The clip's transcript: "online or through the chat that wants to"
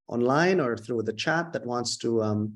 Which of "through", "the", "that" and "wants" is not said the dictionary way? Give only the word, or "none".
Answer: none